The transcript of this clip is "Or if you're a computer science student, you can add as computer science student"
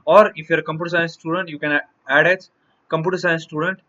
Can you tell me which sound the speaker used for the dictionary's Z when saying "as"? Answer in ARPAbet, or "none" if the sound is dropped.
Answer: S